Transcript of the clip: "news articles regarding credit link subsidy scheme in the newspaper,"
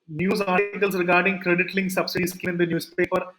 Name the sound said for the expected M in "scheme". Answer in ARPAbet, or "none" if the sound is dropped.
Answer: none